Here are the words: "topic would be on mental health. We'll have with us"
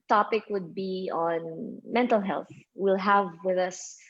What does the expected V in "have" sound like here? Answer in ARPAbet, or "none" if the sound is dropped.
V